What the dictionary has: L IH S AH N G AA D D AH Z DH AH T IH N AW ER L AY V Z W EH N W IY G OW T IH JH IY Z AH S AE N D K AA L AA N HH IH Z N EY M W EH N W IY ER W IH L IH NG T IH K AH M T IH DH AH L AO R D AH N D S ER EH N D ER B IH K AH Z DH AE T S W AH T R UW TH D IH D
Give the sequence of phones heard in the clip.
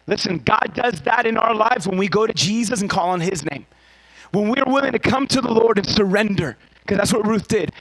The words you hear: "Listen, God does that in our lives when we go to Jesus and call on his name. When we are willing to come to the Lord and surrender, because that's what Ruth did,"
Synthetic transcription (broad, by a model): L IH S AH N G AA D D AH Z DH AH T IH N AW ER L AY V Z W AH N W IY G OW T IH JH IY Z AH S N K AA L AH N IH Z N EY M W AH N W IY ER W IH L IH NG T IH K AH M T IH DH AH L AO R D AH N S ER EH N D ER K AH Z DH AE T S W AH T R UW TH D IH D